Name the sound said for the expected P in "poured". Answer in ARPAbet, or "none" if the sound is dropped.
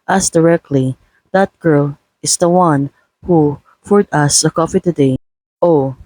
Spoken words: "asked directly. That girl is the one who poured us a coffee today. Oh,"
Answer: F